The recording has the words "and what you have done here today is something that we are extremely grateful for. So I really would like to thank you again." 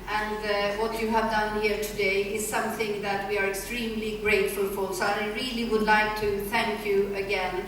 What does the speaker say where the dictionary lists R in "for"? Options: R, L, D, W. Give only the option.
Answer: L